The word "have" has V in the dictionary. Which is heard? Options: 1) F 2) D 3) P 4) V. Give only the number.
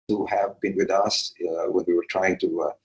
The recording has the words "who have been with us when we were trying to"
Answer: 4